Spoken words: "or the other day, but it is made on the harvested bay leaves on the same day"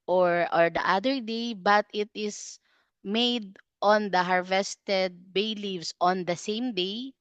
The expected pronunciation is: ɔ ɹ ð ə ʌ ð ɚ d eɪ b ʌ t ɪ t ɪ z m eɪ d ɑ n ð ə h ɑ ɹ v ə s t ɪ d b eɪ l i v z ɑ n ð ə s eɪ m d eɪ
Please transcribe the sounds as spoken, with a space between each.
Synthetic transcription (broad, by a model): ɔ ɹ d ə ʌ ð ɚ d eɪ b ʌ t ɪ t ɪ s m eɪ d ɑ n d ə h ɑ ɹ v ə s t ɪ d b eɪ l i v s ɑ n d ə s eɪ m d eɪ